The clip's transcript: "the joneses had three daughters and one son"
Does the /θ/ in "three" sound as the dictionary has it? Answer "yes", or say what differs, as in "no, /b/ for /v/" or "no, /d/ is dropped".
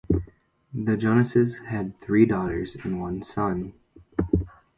yes